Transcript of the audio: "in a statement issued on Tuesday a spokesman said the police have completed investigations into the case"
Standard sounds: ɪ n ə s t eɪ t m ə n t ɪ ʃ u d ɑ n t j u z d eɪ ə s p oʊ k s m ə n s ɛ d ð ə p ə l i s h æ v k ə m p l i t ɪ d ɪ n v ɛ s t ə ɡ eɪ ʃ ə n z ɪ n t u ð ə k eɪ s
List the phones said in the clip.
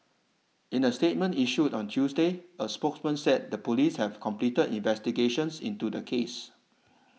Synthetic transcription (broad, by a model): ɪ n ə s t eɪ t m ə n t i ʃ u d ɑ n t j u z d eɪ ə s p oʊ k s m ə n s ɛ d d ə p ə l i s h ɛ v k ə m p l i t ɪ d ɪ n v ɛ s t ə ɡ eɪ ʃ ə n s ɪ n t u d ə k eɪ s